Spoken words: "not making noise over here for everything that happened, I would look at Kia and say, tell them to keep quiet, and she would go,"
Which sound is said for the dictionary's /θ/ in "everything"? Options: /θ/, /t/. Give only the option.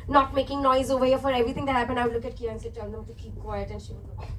/t/